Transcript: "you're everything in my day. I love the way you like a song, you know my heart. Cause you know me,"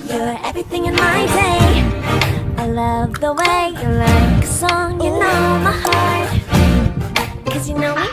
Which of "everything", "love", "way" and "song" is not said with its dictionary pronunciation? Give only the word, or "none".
none